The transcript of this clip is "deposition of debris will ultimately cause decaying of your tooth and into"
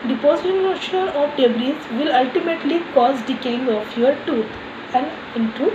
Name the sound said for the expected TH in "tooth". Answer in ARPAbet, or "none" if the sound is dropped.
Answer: T